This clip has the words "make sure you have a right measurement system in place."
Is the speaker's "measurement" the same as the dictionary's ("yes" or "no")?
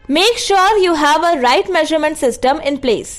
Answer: yes